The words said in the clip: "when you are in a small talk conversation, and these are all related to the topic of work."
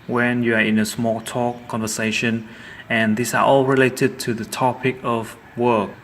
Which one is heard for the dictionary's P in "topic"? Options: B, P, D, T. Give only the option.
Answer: P